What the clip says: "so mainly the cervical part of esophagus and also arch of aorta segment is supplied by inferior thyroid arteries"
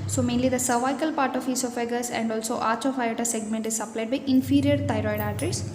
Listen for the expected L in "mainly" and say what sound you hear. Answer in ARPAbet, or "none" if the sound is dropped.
L